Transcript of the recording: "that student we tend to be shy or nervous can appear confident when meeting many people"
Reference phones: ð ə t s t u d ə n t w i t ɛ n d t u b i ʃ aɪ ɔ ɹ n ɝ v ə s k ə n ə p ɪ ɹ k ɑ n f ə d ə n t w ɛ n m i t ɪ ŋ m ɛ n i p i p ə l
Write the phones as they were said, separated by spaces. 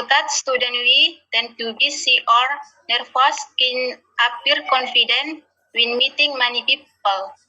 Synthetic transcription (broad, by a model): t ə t s t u d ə n w i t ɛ n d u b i s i ɔ ɹ n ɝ f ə s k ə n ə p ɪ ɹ k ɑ n f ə d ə n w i n m i t ɪ ŋ m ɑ n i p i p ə l